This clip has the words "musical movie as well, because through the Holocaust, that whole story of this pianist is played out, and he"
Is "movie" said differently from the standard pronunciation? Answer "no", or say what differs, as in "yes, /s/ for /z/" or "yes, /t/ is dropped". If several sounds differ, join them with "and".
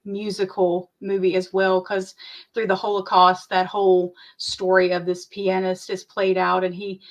no